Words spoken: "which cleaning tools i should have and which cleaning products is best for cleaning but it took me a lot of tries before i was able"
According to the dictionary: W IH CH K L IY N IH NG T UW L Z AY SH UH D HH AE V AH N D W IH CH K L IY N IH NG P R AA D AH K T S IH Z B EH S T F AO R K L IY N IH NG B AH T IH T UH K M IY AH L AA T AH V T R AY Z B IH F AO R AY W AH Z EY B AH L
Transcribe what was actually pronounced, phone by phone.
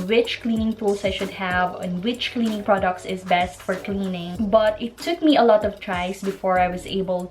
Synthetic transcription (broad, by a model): W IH CH K L IY N IH NG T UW L S AY SH UH D HH AE V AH N W IH CH K L IY N IH NG P R AA D AH K T S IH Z B EH S T F AO R K L IY N IH NG B AH T IH T UH K M IY AH L AA T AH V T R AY S B IH F AO R AY W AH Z EY B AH L